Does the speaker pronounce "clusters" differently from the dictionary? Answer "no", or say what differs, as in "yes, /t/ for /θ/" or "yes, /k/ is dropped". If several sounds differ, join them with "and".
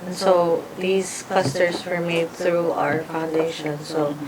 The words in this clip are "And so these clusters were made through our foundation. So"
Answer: yes, /s/ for /z/